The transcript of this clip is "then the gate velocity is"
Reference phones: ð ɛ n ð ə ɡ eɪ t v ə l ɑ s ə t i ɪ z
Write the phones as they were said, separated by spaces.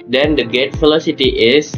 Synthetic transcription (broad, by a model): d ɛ n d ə ɡ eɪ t f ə l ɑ s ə t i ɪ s